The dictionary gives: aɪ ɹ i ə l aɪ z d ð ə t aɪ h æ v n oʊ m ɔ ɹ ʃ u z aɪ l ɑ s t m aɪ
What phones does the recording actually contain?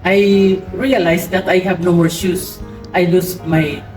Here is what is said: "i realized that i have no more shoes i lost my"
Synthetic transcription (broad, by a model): aɪ ɹ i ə l aɪ s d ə t aɪ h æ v n oʊ m ɔ ɹ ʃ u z aɪ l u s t m aɪ